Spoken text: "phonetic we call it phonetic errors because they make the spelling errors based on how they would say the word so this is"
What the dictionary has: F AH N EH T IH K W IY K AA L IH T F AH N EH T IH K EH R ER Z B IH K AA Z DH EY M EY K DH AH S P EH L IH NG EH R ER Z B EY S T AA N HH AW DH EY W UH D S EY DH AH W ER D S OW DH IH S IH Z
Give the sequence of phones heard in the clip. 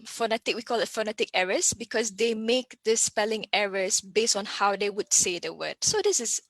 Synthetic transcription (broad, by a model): F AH N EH T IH K W IY K AA L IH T F AH N EH T IH K EH R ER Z B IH K AA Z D EY M EY K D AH S P EH L IH NG EH R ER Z B EY S T AA N HH AW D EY W UH D S EY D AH W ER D S OW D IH S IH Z